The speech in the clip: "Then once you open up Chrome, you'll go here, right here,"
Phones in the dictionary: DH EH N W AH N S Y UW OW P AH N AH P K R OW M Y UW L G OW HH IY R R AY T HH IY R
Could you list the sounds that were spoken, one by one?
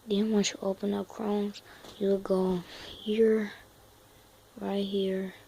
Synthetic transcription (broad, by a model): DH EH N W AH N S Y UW OW P AH N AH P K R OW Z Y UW W G OW HH IY R R AY T HH IY R